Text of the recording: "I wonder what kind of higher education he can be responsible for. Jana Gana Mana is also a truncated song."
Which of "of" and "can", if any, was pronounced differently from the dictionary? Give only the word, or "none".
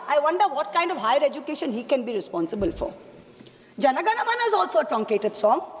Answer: none